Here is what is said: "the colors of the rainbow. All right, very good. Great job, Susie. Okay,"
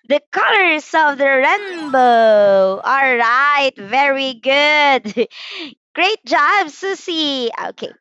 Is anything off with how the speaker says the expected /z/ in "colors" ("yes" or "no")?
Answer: yes